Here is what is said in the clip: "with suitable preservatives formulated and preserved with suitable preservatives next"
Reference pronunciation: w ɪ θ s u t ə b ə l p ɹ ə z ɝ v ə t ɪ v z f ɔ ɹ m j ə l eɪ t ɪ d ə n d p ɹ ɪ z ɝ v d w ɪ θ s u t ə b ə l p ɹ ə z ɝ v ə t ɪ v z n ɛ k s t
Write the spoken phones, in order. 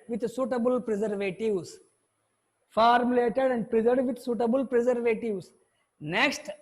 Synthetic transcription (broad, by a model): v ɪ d s u t ə b ə l p ɹ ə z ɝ v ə t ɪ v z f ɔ ɹ m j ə l eɪ t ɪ d ə n d p ɹ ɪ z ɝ d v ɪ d s u t ə b ə l p ɹ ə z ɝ v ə t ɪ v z n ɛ k s t